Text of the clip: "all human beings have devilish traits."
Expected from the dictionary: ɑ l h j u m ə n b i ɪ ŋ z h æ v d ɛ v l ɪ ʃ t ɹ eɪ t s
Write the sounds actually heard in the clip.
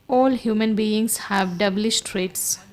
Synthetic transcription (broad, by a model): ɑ l h j u m ə n b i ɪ ŋ s h æ v d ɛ b l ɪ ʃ t ɹ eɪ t s